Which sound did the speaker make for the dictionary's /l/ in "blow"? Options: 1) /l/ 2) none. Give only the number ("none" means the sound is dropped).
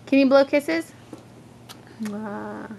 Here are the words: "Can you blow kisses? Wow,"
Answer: 1